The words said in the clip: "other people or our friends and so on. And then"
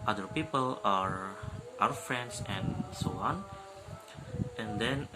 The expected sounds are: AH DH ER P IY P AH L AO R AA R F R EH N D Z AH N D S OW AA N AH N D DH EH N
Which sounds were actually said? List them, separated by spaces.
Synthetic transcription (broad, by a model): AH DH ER P IY P AH L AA R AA W F R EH N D S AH N S OW AA N AH N D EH N